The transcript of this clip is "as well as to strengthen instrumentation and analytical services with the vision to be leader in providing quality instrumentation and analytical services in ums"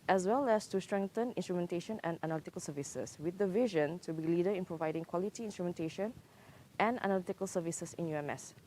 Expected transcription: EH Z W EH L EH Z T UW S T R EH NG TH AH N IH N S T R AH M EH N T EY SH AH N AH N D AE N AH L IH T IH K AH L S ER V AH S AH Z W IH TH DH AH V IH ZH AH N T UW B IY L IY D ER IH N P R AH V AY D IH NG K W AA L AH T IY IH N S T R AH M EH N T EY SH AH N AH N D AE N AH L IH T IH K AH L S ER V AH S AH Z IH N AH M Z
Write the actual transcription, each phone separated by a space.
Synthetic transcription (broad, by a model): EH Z W EH L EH S T UW S T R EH NG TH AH N IH N S T R AH M EH N T EY SH AH N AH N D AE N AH L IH T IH K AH L S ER V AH S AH S W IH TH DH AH V IH ZH AH N T UW B IY L IY D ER IH N P R AH V AY D IH NG K W AA L AH T IY IH N S T R AH M EH N T EY SH AH N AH N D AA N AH L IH T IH K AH L S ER V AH S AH S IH N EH M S